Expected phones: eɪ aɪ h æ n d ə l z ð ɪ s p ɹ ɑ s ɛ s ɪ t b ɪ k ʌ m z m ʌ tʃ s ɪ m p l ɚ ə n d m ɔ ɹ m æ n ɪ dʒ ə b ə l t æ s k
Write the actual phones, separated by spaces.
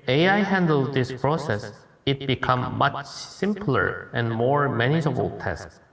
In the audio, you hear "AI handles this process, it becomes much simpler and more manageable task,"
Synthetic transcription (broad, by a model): eɪ aɪ h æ n d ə l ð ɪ s p ɹ ɑ s ɛ s ɪ t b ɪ k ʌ m m ʌ tʃ s ɪ m p l ɚ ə n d m ɔ ɹ m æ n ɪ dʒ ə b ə l t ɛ s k